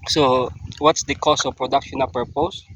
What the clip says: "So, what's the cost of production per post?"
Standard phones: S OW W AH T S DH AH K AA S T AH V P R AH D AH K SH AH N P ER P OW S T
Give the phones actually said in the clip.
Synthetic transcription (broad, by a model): S OW W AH T S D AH K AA S AH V P R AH D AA K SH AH N P ER P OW S